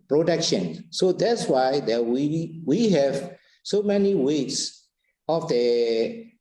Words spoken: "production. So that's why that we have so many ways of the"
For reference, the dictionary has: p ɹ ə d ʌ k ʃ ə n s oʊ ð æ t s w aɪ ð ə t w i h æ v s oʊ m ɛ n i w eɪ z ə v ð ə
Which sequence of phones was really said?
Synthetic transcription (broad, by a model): p ɹ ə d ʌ k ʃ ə n s oʊ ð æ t s w aɪ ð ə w w i h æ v s oʊ m ɛ n i w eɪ s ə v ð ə